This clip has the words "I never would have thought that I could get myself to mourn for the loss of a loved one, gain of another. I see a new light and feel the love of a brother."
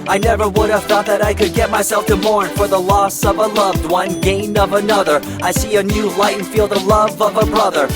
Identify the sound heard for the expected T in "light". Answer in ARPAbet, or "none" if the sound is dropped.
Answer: none